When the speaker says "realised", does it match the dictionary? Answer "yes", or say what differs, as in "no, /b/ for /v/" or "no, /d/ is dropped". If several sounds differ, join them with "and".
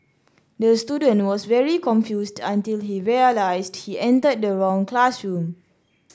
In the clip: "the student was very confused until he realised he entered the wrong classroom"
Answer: no, /s/ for /z/